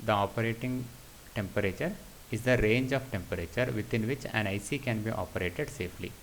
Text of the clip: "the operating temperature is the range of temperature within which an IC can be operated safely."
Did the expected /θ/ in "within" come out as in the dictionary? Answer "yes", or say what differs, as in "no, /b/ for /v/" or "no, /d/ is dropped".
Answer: no, /t/ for /θ/